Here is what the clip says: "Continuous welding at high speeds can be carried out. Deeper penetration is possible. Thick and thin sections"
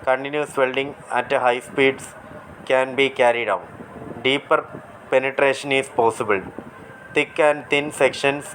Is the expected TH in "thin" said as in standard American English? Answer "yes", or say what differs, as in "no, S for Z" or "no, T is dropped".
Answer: no, T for TH